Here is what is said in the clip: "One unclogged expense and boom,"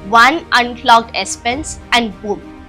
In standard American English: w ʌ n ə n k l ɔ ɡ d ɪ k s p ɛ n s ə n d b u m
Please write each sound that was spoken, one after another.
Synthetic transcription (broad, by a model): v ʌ n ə n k l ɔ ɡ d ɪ s p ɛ n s ə n d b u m